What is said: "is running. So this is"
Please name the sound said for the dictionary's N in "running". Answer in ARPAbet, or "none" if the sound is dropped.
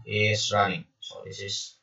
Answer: none